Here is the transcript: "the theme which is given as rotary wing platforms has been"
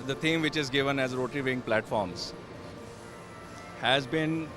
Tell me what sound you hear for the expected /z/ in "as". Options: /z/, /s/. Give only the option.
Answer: /z/